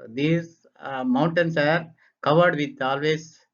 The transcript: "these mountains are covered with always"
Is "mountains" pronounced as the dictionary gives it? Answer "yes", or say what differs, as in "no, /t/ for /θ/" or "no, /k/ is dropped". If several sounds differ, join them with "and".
no, /s/ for /z/